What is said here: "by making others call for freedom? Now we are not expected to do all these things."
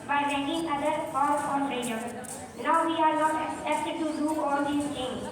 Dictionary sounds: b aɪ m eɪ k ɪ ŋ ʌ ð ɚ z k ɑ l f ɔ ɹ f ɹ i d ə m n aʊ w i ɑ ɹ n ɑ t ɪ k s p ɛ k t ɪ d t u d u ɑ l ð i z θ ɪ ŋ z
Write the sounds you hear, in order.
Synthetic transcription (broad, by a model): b aɪ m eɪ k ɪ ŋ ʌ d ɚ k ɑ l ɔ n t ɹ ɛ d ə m n aʊ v i ɑ ɹ n ɑ t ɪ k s ɛ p t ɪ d t u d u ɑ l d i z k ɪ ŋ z